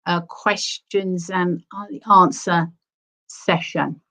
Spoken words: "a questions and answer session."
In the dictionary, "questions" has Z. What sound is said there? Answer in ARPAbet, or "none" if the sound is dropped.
Z